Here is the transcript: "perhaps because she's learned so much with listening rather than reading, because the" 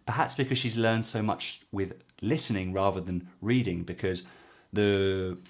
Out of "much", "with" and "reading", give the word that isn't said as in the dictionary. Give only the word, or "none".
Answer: none